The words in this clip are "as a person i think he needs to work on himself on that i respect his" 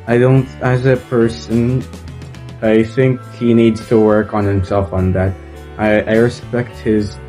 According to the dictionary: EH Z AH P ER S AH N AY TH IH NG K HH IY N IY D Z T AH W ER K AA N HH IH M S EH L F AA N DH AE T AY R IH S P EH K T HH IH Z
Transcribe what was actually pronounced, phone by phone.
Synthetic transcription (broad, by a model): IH Z AH P ER S AH N AY TH IH NG K HH IY N IY D Z T AH W ER K N HH IH M S EH L F N DH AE T AY R IH S P EH K T HH IH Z